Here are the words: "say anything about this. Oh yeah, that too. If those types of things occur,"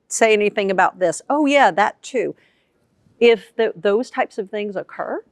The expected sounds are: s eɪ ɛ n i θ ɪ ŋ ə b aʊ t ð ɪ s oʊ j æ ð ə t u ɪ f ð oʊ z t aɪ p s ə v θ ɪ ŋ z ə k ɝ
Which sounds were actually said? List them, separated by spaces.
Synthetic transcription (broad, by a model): s eɪ ɛ n i θ ɪ ŋ ə b aʊ t ð ɪ s oʊ j æ ð ə t u ɪ f ð oʊ z t aɪ p s ə v θ ɪ ŋ z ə k ɝ